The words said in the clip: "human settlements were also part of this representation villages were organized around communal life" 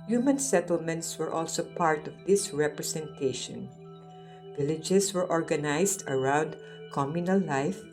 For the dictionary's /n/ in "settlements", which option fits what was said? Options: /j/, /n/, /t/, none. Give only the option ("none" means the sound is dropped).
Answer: /n/